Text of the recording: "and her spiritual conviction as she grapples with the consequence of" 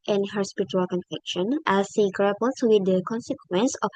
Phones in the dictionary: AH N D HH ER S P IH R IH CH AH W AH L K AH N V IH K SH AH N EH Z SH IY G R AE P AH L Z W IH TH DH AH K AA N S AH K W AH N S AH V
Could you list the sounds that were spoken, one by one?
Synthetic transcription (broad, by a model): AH N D HH ER S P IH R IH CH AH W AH L K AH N F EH K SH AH N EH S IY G R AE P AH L S W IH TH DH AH K AA N S AH K W AH N S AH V